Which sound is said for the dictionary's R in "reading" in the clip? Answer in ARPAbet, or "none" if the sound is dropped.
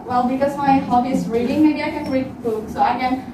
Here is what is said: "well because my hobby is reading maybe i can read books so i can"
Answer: R